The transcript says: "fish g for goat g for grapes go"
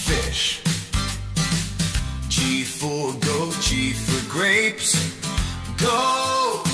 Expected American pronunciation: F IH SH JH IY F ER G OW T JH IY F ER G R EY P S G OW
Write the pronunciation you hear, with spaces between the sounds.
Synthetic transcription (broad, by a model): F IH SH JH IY F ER G OW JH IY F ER G R EY P S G OW